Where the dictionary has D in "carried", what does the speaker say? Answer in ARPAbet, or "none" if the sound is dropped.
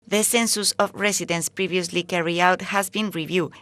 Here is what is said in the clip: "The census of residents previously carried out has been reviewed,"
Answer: none